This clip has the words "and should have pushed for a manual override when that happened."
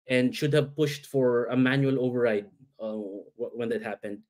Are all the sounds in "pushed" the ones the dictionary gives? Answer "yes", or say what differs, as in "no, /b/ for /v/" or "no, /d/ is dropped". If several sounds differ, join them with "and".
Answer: yes